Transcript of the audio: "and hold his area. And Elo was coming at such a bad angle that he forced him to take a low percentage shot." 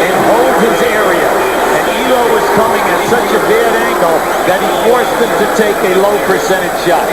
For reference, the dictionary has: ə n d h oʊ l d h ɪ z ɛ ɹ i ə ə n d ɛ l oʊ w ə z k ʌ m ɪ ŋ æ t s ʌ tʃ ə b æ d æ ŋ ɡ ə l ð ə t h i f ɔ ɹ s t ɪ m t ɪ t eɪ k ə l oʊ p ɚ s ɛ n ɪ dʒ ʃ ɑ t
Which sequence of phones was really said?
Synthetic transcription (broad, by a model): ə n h oʊ l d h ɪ z ɛ ɹ i ə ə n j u oʊ w ə z k ʌ m ɪ ŋ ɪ s ʌ tʃ ə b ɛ d æ ŋ ɡ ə l ð ə t h i f ɔ ɹ s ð ɪ m t ɪ t eɪ k ə l oʊ p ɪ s ɛ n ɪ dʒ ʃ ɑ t